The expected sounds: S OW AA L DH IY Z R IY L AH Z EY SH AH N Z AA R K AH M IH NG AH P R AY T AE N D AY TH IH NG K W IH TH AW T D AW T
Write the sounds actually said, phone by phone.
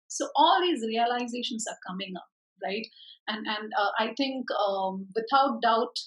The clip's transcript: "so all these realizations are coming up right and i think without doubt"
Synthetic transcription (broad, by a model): S OW AA L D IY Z R IY L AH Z EY SH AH N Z AA R K AH M IH NG AH P R AY T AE N D AY T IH NG K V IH T AW T D AW T